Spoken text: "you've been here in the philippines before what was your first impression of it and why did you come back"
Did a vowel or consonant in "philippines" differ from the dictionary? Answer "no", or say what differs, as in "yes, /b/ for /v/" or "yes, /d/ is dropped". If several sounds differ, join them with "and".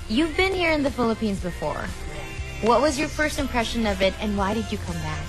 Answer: no